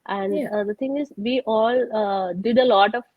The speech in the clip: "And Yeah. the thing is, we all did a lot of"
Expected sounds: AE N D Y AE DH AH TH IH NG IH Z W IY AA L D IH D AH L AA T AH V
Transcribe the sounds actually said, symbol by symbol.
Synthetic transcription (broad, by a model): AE N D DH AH T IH NG IH Z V IY AA L D IH D AH L AA T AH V